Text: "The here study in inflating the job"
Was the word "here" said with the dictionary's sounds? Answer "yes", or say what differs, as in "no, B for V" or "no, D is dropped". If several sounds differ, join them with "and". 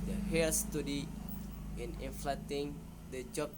no, L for R